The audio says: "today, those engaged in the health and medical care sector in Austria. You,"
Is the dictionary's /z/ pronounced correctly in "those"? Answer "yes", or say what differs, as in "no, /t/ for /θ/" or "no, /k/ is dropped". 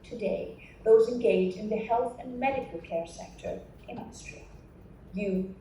yes